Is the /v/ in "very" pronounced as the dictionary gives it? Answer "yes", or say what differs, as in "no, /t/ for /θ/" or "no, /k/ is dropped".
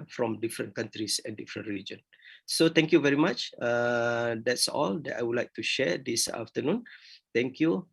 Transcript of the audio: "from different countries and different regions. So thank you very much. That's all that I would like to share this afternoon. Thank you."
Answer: yes